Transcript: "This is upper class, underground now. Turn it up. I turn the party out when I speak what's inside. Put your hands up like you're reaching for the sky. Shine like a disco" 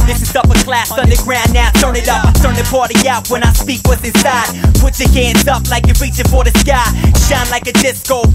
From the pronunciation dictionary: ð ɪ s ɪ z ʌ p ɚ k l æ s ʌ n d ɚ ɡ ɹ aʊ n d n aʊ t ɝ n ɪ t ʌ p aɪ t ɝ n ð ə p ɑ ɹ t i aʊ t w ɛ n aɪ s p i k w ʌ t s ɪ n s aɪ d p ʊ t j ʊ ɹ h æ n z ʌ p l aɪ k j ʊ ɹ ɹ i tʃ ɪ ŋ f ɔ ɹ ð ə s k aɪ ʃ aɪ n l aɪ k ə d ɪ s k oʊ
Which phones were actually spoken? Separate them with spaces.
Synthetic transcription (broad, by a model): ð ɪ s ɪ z ʌ p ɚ k l æ s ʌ n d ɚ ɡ ɹ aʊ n n aʊ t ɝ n ɪ t ʌ p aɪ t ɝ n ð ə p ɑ ɹ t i aʊ t w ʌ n aɪ s p i k w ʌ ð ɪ s aɪ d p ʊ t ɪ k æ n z ʌ p l aɪ k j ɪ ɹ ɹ i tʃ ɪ f ɔ ɹ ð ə s k aɪ ʃ aɪ n l aɪ k ə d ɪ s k oʊ